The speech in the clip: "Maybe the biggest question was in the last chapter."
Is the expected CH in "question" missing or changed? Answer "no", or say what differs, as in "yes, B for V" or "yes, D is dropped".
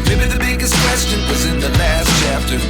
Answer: no